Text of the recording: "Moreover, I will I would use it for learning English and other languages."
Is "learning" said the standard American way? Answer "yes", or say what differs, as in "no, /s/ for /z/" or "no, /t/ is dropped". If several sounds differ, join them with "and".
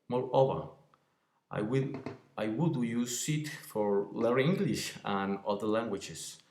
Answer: no, /n/ is dropped